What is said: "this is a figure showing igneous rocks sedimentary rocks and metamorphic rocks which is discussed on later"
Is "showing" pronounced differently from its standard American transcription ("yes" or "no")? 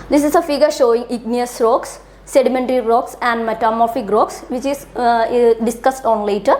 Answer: no